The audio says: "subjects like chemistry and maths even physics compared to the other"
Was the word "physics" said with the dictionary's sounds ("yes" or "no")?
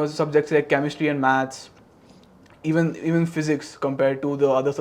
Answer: yes